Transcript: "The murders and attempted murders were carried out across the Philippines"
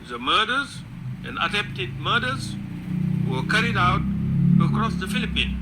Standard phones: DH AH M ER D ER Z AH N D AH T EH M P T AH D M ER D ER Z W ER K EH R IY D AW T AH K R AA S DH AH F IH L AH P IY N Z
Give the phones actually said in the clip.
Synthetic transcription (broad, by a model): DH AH M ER D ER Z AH N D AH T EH P T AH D M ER D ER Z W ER K EH R IY D AW T AH K R AA S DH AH F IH L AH P IY N